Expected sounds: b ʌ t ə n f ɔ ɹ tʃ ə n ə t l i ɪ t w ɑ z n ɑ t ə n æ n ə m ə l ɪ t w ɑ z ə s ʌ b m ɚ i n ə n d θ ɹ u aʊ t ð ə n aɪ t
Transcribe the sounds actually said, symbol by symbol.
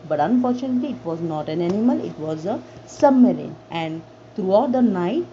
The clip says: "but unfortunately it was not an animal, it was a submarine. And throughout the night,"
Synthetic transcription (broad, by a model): b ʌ t ə n f ɔ ɹ tʃ ə n ə t l i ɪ t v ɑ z n ɑ t ə n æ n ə m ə l ɪ t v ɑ z ə s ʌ m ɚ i n ə n d t ɹ u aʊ t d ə n aɪ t